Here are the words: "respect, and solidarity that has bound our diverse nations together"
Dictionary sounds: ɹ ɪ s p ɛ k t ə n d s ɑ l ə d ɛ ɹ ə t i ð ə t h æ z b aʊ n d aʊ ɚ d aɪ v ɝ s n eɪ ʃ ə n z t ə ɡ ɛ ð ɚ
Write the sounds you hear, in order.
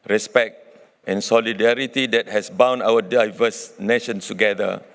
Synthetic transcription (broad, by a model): ɹ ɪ s p ɛ k t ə n s ɑ l ə d ɛ ɹ ə t i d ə t h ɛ s b aʊ n aʊ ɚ d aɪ v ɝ s n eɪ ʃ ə n s t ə ɡ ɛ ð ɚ